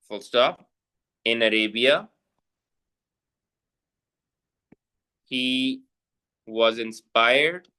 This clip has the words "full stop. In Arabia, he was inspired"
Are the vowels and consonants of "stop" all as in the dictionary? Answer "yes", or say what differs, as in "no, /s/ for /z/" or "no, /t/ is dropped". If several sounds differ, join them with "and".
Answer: no, /f/ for /p/